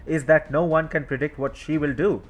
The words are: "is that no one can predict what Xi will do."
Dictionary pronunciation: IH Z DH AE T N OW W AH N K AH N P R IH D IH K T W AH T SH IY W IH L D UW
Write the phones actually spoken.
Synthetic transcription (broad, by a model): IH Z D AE T N OW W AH N K AH N P R IH D IH K T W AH T SH IY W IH L D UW